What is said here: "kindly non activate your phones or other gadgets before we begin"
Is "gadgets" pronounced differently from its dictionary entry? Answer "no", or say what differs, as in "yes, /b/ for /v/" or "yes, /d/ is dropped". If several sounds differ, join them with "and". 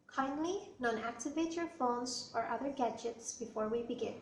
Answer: no